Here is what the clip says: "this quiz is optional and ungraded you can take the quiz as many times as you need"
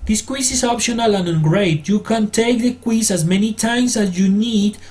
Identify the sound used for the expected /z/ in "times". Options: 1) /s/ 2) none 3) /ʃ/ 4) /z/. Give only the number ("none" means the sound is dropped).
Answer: 1